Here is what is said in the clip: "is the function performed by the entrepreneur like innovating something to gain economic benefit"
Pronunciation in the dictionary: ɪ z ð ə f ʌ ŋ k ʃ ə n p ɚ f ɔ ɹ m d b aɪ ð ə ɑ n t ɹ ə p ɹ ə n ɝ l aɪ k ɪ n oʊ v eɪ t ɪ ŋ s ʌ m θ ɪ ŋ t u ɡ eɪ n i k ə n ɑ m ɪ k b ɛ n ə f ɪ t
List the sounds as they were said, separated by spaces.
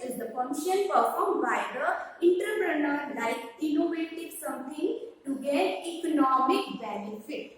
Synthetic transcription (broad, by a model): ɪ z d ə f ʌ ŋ ʃ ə n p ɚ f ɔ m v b aɪ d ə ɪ n t ɹ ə p ɹ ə n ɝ l aɪ k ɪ n oʊ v eɪ t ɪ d s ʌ m t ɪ ŋ t u ɡ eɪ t i k ə n ɑ m ɪ k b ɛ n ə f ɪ t